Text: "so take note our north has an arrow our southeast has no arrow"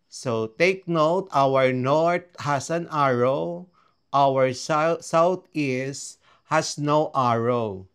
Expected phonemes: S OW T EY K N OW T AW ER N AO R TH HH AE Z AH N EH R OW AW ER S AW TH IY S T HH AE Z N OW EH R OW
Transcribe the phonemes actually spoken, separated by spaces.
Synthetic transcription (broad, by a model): S OW T EY K N OW T AW ER N AO R T HH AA S AH N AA R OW AW ER S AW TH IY S T HH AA S N OW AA R OW